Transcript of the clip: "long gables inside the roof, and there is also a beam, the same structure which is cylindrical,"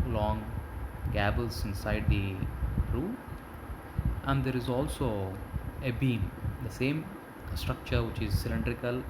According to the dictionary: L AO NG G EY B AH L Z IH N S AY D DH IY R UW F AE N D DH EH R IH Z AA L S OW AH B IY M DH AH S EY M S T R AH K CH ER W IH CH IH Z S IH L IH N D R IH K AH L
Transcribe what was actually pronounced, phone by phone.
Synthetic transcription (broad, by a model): L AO NG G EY B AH L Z IH N S AY D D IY R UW AE N D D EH R IH Z AA L S OW AH B IY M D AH S EY M S T R AH K CH ER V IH CH IH Z S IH L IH N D R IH K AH L